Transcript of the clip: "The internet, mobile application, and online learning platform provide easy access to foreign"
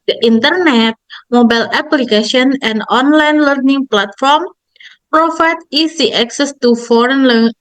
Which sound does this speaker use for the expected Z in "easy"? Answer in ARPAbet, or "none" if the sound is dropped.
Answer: S